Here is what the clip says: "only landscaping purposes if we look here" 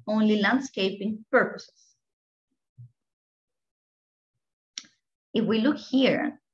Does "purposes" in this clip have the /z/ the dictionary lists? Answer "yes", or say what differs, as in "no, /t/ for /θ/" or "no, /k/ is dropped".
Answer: no, /s/ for /z/